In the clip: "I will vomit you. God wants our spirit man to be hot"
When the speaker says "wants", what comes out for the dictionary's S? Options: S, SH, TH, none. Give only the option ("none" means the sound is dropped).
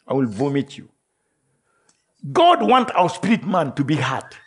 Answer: none